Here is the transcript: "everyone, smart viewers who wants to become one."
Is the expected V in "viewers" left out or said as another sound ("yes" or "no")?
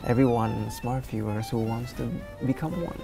yes